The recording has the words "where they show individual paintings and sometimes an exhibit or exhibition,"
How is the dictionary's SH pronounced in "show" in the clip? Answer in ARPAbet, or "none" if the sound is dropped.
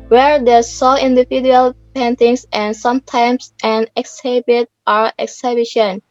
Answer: S